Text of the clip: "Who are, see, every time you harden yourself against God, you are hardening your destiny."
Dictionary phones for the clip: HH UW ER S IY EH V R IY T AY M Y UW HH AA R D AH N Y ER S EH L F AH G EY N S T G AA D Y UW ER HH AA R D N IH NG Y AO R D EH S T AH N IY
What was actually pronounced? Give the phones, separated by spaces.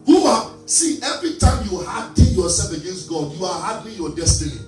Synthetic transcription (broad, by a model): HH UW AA S IY EH V R IY T AY M Y UW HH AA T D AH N Y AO S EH L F AH G EY N S T G AA D Y UW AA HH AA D IH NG Y AO D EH S T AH N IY